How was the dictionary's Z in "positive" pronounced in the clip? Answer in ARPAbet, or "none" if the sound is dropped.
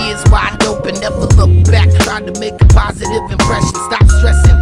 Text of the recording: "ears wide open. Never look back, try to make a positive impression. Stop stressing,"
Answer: Z